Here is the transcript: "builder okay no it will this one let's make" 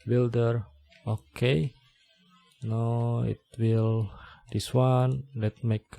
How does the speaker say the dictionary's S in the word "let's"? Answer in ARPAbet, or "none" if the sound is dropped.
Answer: none